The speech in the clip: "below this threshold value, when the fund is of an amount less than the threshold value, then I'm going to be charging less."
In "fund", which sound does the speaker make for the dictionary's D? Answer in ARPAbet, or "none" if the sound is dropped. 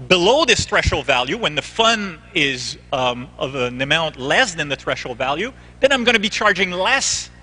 none